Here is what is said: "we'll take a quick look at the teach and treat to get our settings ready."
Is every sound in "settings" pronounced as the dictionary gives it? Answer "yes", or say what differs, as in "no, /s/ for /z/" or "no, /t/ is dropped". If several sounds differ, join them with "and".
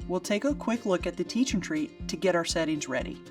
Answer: yes